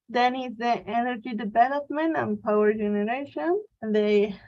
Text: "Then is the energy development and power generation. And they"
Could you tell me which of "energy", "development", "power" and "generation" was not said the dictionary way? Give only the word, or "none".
none